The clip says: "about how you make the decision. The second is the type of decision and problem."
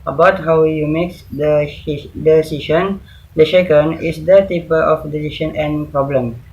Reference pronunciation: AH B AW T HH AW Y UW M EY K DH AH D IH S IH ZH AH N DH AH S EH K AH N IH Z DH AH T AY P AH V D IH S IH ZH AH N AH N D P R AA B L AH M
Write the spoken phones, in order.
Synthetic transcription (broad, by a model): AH B AW T HH AW Y UW M EY K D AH D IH S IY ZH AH N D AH SH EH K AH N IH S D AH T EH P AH F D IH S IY SH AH N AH N P R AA B L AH M